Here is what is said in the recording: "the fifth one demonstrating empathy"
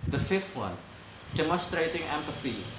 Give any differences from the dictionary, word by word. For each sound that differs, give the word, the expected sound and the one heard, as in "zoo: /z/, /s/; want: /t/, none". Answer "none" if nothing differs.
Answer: fifth: /θ/, /t/; demonstrating: /n/, none